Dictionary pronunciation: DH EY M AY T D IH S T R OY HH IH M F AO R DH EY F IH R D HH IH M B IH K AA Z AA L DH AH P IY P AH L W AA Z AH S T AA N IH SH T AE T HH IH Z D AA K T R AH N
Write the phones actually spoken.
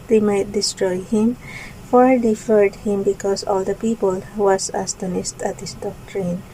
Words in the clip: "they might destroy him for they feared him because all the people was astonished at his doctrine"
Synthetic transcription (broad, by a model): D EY M AY T D IH S T R OY HH IH M F AO R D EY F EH R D HH IH M B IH K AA S AA L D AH P IY P AH L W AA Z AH S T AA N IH S T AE T HH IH S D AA K T R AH N